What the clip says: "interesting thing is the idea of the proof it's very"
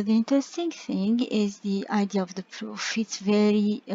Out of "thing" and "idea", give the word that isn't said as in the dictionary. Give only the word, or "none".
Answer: none